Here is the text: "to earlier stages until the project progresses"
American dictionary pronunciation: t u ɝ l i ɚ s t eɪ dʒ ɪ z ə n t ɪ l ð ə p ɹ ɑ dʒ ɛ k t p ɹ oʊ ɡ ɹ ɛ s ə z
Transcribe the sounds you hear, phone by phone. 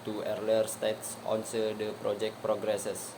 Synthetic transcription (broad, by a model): t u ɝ l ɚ s t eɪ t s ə n s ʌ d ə p ɹ ɑ dʒ ɛ k t p ɹ oʊ ɡ ɹ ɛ s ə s